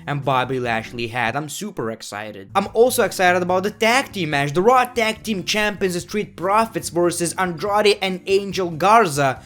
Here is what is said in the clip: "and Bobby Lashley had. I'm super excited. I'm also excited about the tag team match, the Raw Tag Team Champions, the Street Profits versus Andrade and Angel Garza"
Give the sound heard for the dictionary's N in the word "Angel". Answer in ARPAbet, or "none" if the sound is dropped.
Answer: N